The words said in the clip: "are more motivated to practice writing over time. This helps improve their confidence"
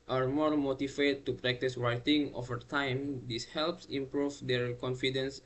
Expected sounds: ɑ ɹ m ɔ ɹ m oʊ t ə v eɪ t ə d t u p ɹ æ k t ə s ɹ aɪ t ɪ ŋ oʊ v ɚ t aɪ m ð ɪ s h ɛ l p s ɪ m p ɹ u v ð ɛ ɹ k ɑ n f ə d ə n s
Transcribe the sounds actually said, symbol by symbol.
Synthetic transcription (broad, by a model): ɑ ɹ m ɔ ɹ m oʊ t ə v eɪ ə t u p ɹ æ k t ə s ɹ aɪ t ɪ ŋ oʊ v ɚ t aɪ m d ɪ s h ɛ l p s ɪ m p ɹ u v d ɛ ɹ k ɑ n f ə d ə n s